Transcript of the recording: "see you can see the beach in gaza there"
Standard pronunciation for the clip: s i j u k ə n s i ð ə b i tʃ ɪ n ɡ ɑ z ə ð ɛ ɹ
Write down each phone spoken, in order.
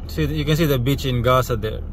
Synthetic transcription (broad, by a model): s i j u k ə n s i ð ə b i tʃ ɪ n ɡ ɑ s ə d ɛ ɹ